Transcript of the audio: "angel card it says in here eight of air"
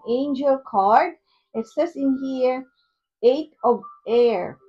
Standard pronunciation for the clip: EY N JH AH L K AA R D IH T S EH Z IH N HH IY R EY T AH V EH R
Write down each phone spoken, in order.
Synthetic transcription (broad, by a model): EY N JH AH L K AA R D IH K S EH S IH N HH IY R EY T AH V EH R